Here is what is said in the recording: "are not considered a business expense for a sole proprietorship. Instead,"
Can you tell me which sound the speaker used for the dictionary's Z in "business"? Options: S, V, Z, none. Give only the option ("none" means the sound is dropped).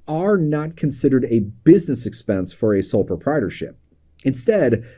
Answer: Z